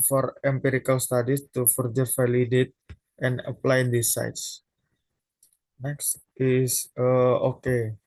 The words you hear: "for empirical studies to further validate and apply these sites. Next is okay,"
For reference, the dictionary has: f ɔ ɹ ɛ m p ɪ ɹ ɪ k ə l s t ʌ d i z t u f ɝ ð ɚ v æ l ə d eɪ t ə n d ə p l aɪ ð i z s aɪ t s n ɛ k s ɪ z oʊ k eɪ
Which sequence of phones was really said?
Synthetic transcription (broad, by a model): f ɔ ɹ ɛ m p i ɹ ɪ k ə l s t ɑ d i s t u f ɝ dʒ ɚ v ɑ l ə d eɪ t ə n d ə p l aɪ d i s aɪ t s n ɛ k s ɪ s oʊ k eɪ